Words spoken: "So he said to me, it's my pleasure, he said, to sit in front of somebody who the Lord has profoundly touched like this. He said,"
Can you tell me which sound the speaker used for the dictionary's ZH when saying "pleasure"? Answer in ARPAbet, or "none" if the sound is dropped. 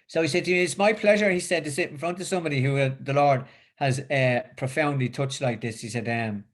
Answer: ZH